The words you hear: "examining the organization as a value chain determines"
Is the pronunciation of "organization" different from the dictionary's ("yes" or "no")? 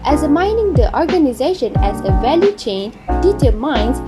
no